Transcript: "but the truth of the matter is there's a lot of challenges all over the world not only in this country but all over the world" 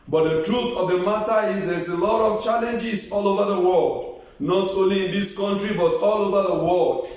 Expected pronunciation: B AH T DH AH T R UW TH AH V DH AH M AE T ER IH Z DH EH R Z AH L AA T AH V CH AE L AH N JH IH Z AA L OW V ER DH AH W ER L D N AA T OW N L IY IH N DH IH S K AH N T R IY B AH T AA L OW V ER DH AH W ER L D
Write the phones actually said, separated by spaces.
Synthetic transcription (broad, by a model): B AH T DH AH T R UW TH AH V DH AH M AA T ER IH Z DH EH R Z AH L AA T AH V CH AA L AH N JH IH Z AA L OW V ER DH AH W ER L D N AA T OW N L IY IH N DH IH S K AH N T R IY B AH T AA L OW V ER DH AH W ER L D